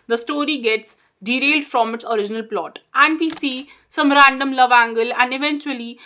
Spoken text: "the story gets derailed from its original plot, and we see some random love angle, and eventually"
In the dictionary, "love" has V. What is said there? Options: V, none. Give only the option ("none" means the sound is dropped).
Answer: V